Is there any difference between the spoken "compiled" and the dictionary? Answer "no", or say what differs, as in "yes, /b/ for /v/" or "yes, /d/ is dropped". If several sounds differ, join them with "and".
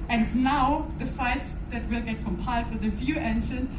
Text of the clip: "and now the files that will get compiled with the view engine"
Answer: no